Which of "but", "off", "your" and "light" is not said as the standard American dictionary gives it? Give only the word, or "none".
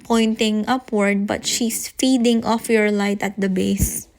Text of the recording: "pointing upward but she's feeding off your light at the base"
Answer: none